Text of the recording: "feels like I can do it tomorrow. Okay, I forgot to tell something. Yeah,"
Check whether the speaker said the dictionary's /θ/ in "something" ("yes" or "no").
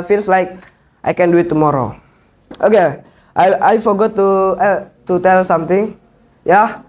no